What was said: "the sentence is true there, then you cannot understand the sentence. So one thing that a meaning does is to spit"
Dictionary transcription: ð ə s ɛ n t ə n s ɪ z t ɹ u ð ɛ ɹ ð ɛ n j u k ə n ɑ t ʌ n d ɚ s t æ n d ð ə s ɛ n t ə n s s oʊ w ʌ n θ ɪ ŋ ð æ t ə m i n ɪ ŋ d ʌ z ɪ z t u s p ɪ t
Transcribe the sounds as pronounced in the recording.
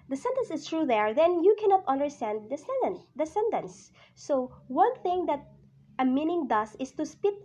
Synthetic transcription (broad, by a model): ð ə s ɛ n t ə n s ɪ s t ɹ u ð ɛ ɹ ð ɛ n j u k ə n ɑ t ʌ n d ɚ s t æ n d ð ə s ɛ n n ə n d s oʊ w ʌ n θ ɪ ŋ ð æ t ə m i n ɪ ŋ d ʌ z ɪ s t u s p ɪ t